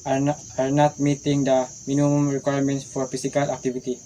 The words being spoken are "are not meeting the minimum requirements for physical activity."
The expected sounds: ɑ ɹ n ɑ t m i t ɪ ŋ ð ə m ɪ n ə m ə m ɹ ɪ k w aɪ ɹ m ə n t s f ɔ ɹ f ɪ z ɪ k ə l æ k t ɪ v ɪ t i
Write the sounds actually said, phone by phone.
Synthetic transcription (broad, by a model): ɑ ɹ n ɑ t m i t ɪ ŋ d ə m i n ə m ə m ɹ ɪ k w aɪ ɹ m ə n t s f ɔ ɹ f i s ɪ k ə l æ k t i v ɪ t i